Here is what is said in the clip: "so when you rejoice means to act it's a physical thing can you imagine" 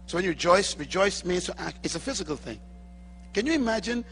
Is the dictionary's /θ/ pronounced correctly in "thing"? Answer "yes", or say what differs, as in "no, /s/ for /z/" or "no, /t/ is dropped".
yes